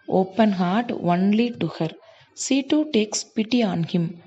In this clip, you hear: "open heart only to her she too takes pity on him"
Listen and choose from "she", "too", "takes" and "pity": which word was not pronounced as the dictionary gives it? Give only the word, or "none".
she